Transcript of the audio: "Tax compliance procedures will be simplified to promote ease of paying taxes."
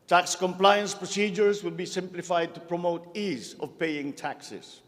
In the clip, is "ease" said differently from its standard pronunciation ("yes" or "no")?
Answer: no